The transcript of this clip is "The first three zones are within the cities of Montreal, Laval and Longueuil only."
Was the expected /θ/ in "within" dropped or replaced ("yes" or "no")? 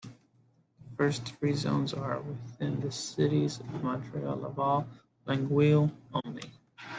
no